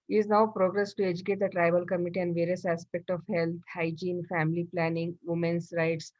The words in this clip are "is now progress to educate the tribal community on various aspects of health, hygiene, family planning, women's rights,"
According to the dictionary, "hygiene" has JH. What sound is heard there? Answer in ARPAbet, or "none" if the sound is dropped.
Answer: JH